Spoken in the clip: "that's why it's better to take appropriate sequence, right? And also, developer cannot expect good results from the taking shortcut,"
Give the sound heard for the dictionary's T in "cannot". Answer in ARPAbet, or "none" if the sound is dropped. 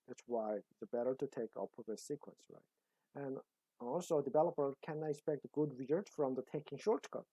none